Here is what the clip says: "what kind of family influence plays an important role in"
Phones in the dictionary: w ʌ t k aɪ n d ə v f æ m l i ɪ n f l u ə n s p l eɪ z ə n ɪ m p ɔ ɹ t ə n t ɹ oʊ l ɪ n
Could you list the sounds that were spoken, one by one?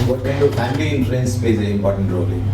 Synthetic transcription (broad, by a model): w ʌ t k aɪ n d ə v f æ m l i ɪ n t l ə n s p eɪ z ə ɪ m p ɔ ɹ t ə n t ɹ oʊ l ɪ